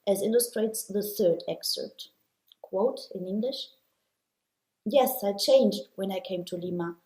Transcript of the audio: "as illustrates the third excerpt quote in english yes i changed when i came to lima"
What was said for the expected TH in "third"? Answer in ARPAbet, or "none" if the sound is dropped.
TH